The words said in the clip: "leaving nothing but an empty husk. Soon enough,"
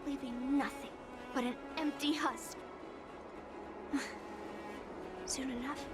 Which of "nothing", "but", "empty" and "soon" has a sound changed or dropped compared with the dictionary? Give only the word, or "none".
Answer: none